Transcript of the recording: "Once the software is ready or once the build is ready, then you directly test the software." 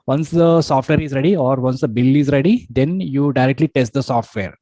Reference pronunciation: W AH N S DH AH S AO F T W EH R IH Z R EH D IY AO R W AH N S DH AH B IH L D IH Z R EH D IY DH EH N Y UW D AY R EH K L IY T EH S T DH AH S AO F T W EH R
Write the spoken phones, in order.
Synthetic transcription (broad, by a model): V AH N S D AH S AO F T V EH R IH Z R EH D IY AO R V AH N S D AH B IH L IH Z R EH D IY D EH N Y UW D AY R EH K L IY T EH S T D AH S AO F T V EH R